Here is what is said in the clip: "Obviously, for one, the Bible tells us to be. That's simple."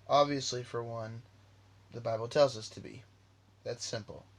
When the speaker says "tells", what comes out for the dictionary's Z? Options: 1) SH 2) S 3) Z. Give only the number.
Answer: 3